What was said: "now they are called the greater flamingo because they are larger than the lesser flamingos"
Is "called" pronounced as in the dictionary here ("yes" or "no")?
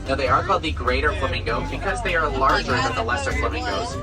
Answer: no